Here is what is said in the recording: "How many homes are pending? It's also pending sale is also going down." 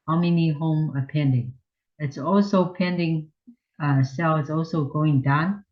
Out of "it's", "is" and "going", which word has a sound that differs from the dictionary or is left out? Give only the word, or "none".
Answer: is